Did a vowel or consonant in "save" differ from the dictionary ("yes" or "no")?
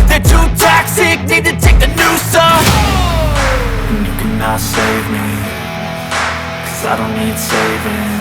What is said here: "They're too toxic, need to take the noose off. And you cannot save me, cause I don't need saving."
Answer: no